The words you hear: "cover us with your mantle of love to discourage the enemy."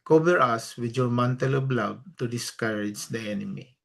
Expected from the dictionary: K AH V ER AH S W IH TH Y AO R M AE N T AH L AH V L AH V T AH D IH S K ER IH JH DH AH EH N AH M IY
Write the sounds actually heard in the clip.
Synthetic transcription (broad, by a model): K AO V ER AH S W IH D Y AO R M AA N T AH L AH B L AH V T AH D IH S K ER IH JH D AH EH N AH M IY